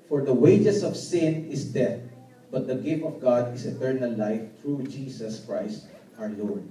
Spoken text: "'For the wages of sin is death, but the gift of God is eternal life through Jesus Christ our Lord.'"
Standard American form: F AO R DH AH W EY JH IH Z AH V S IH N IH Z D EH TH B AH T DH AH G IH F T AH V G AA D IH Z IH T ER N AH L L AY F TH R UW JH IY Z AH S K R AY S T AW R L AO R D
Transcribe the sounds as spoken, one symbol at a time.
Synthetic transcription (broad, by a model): F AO R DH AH W EY JH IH S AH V S IH N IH S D EH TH B AH T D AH G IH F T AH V G AA D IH S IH T ER N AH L L AY F T R UW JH IY S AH S K R AY S T AW R L AO R D